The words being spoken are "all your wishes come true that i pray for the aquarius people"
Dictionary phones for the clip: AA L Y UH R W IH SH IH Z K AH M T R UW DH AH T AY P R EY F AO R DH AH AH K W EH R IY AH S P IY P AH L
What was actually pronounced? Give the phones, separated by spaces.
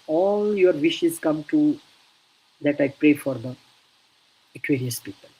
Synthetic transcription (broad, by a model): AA L Y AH R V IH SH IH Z K AH M T UW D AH T AY P R EY F AO R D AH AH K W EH R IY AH S P IY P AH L